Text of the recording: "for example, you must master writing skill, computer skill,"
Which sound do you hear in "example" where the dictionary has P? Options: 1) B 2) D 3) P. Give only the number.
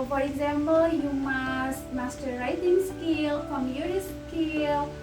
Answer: 1